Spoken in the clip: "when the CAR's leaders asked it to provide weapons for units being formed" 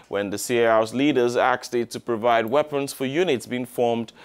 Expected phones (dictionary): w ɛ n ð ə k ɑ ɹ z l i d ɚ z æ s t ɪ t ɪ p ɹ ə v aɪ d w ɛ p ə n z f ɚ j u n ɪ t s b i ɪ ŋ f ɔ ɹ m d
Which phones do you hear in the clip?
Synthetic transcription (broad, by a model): w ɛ n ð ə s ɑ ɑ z l i d ɚ z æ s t ɪ t ɪ p ɹ ə v aɪ d w ɛ p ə n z f ɚ j u n ɪ t s b i ɪ ŋ f ɔ ɹ m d